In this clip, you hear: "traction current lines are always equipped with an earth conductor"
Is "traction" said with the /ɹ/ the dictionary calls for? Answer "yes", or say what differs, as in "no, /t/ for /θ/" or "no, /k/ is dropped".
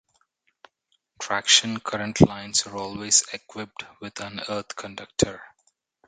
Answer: yes